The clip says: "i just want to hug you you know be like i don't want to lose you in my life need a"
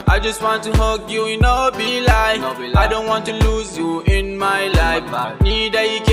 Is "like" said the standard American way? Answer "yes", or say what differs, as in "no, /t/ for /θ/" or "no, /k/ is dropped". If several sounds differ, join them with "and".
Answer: no, /k/ is dropped